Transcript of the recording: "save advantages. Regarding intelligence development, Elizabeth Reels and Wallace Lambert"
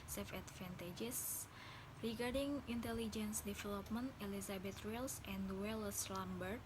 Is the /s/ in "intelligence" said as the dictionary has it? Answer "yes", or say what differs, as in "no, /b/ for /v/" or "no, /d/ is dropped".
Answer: yes